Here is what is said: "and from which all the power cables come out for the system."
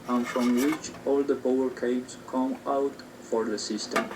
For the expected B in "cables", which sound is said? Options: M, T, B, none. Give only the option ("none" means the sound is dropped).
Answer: none